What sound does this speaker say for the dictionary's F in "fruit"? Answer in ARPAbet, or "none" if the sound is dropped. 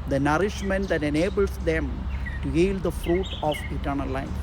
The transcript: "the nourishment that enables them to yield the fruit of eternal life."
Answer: F